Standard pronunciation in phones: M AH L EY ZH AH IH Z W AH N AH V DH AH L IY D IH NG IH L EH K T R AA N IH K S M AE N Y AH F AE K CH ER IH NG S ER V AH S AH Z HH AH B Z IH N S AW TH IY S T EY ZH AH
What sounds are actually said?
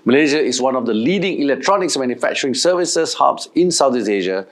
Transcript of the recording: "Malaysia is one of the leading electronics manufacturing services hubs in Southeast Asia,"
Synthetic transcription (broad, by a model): M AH L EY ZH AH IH S W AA N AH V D AH L IY D IH NG IH L EH K T R AA N IH K S M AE N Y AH F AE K CH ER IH NG S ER V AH S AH S HH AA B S IH N S AW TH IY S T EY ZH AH